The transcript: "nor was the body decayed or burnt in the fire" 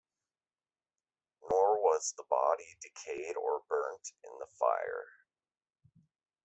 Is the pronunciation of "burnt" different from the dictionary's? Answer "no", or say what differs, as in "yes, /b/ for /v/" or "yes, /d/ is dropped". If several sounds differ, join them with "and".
no